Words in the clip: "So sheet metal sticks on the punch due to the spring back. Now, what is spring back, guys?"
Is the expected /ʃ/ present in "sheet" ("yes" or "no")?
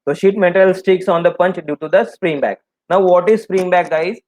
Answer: yes